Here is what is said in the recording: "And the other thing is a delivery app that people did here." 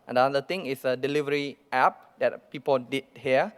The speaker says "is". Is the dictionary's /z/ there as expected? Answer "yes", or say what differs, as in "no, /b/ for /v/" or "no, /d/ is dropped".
no, /s/ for /z/